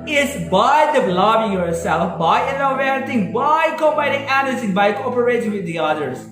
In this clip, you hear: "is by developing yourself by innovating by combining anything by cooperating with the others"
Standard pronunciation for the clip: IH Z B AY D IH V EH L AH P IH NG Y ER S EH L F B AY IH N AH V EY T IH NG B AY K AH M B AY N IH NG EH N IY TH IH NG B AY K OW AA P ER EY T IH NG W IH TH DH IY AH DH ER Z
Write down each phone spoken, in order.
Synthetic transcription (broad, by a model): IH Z B AY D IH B L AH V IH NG Y ER S EH L F B AY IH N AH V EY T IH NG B AY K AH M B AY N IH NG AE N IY S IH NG B AY K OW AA P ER EY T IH NG W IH DH IY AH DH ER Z